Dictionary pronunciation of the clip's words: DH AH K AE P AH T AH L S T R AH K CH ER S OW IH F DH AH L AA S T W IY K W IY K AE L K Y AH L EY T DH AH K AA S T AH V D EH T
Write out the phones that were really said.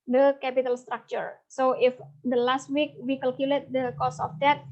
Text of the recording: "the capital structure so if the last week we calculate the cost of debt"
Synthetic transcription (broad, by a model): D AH K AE P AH T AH L S T R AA K CH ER S OW IH F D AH L AA S T W IY K W IY K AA L K Y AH L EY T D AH K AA S AH F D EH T